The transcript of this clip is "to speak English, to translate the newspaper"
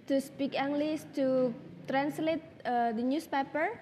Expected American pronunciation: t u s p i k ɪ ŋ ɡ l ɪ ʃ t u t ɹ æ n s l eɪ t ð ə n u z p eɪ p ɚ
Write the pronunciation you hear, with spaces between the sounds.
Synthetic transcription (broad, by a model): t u s p i k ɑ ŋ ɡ l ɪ s t u t ɹ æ n s l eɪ t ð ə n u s p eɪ p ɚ